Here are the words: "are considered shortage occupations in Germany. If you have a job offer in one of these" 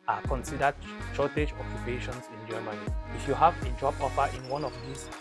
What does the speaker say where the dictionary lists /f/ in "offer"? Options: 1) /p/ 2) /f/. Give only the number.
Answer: 1